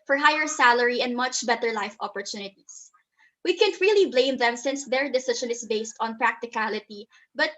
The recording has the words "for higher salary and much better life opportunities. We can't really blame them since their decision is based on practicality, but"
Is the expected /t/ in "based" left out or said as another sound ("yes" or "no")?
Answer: no